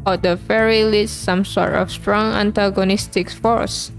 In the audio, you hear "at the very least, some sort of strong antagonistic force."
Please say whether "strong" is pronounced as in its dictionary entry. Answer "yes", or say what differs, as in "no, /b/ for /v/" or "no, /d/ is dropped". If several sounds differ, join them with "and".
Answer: yes